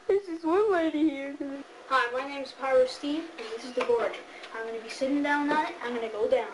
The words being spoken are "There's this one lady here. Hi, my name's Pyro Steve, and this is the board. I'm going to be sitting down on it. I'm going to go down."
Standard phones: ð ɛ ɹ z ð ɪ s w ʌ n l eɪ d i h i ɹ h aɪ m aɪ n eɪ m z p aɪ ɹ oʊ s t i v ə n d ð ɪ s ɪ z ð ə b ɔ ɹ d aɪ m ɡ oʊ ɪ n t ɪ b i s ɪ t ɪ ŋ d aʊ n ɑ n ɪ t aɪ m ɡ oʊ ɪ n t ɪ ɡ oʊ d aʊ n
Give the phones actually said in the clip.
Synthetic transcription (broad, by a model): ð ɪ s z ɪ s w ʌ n l eɪ d i h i ɹ h aɪ m aɪ n eɪ m z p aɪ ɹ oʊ s t i v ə n ð ɪ s ɪ z ð ə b ɔ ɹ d aɪ m ɡ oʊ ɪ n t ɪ b i s ɪ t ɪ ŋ d aʊ n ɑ ɪ t aɪ m ɡ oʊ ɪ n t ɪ ɡ oʊ d aʊ n